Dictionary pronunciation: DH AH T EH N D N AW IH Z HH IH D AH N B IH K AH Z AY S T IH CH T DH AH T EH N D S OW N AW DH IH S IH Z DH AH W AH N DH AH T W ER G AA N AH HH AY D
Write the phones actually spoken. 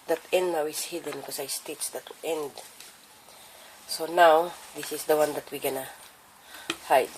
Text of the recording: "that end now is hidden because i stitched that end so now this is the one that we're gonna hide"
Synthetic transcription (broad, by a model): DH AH T EH N D N AW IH S HH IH D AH N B K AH S AY S T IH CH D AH T EH N D S OW N AW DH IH S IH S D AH W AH N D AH T W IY G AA N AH HH AY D